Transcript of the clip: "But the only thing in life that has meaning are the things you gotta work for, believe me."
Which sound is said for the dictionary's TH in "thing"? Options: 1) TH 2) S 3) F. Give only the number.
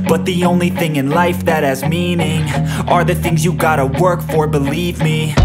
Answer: 1